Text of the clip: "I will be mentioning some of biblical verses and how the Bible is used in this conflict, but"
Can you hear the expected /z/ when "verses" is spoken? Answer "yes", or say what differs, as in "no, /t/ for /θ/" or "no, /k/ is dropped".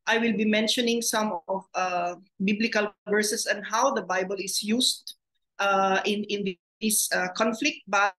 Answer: no, /s/ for /z/